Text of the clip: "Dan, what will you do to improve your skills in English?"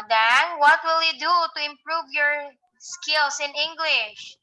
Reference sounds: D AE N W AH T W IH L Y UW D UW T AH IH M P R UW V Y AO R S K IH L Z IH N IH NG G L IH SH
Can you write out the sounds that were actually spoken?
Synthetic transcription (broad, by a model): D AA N W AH T W IH L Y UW D UW T AH IH M P R UW V Y AO R S K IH L S IH N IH NG G L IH SH